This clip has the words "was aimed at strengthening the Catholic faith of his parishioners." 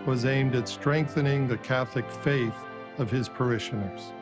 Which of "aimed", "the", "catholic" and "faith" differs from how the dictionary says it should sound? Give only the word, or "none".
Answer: none